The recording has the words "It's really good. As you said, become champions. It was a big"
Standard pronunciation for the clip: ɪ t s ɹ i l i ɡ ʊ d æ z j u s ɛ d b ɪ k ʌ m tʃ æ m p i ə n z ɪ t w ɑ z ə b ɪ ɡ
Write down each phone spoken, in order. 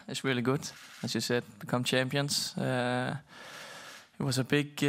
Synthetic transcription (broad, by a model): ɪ t s ɹ i l i ɡ ʊ d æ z j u s ɛ d b ɪ k ʌ m tʃ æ m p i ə n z ɪ t w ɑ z ə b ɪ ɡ